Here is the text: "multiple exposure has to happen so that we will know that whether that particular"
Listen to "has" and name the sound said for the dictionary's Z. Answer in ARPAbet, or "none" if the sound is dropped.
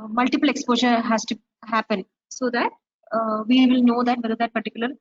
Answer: S